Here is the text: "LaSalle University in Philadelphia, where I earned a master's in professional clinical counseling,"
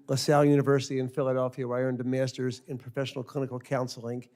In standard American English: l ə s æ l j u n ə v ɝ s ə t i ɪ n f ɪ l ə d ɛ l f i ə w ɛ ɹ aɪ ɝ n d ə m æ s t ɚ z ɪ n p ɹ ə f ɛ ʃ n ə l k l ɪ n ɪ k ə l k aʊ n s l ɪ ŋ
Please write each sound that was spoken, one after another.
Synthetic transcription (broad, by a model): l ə s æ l j u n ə v ɝ s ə t i ɪ n f ɪ l ə d ɛ l f i ə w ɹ aɪ ɝ n d ə m æ s t ɚ z ɪ n p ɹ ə f ɛ ʃ n l k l ɪ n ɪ k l k aʊ n s l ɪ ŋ